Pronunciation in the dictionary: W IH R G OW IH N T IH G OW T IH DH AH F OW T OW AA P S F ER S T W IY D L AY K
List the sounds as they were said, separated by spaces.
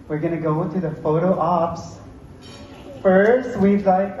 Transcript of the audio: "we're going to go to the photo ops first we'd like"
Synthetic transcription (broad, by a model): W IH R G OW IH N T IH G OW T IH DH AH F OW T OW AA P S F ER S T W IY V L AY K